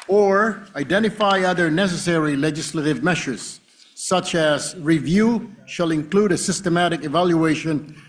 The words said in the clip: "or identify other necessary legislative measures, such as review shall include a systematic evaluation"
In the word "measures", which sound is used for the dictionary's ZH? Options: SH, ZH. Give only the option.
SH